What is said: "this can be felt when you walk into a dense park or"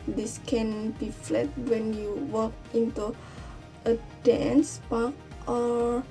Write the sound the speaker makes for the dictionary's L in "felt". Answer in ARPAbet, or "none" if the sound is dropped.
none